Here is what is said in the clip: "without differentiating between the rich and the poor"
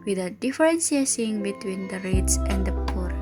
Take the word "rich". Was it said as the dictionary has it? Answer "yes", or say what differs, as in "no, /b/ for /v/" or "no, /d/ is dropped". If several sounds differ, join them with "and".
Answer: no, /s/ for /tʃ/